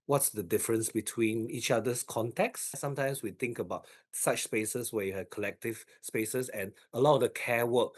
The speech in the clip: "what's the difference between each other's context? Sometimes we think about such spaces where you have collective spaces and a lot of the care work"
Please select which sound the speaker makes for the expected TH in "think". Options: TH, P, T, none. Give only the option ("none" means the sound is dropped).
T